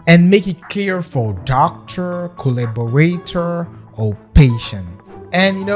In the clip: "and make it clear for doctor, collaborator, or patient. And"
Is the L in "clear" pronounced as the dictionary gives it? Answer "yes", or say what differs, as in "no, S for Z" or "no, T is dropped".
no, L is dropped